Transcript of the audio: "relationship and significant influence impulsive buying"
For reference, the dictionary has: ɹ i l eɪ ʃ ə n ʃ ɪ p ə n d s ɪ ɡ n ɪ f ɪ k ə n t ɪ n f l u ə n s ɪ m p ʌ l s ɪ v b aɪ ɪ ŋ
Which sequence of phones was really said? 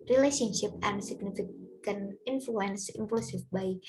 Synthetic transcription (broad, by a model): ɹ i l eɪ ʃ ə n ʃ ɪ p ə n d s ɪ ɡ n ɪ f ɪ k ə n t ɪ n f l u ə n s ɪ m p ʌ s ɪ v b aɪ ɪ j